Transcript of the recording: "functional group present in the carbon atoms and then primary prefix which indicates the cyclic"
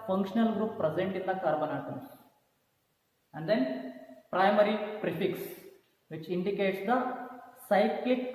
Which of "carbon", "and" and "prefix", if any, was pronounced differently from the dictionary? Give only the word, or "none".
none